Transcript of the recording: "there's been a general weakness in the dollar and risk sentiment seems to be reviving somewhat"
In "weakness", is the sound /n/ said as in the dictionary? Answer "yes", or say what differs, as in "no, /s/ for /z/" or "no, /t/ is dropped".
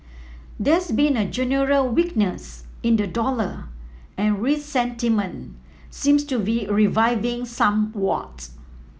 yes